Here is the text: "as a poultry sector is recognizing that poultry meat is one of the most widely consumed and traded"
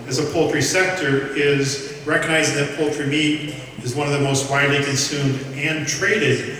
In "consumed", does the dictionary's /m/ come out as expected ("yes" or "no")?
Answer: yes